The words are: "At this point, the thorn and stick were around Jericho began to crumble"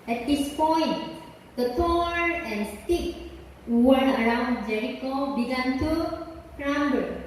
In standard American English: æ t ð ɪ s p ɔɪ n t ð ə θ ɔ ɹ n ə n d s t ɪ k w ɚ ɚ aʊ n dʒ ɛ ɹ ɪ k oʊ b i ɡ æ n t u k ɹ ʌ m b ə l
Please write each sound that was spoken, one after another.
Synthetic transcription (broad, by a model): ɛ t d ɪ s p ɔɪ n t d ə t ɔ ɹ ə n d s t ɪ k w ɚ ɚ aʊ n dʒ ɛ ɹ ɪ k oʊ b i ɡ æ n t u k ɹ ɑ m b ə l